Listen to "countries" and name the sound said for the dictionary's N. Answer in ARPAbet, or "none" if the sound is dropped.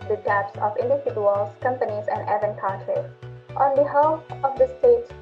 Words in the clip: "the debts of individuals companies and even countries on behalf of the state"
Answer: none